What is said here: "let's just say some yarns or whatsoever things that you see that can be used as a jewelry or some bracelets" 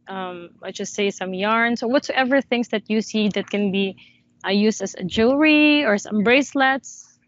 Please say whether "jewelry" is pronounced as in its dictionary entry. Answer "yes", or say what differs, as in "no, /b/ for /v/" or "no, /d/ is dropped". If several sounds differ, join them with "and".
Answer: no, /l/ is dropped